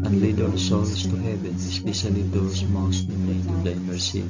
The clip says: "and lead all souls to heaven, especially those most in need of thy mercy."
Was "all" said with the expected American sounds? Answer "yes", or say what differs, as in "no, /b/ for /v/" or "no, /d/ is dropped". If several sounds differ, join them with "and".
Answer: no, /n/ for /l/